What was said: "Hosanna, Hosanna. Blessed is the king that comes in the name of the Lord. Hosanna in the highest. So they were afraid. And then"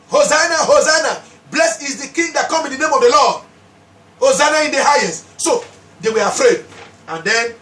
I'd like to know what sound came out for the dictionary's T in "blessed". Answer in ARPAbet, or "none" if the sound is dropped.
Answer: none